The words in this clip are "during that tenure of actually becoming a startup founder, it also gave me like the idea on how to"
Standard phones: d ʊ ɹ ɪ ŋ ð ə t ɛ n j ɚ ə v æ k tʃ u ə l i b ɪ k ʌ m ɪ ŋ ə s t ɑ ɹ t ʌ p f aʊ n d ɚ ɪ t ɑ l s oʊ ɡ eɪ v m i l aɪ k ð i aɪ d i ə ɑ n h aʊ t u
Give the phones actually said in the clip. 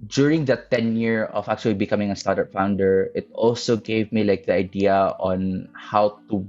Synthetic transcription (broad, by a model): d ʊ ɹ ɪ ŋ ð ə t ɛ n j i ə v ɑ k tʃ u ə l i b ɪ k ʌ m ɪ ŋ ə s t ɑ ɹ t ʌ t f aʊ n d ɚ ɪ t ɑ l s oʊ ɡ eɪ v m i l aɪ k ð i aɪ d i ə ɑ n h aʊ t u